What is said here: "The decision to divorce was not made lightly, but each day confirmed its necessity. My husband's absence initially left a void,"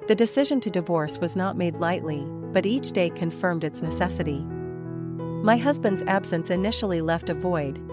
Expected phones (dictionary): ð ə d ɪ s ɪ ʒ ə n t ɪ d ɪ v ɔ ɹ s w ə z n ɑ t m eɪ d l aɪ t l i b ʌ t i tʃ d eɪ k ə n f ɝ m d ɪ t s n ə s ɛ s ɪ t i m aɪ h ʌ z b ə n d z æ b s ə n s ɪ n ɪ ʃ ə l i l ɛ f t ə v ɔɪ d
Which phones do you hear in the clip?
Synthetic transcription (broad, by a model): ð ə d ɪ s ɪ ʒ ə n t ɪ d ɪ v ɔ ɹ s w ə z n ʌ t m eɪ d l aɪ t l i b ʌ t i tʃ d eɪ k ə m f ɝ m d ɪ t s n ə s ɛ s ɪ t i m aɪ h ʌ z b ə n d z æ b s ə n s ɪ n ɪ ʃ l i l ɛ f t ə v ɔɪ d